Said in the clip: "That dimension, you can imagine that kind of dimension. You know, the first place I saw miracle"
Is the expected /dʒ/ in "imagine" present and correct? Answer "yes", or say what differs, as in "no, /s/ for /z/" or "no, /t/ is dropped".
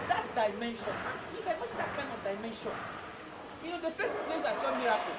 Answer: no, /dʒ/ is dropped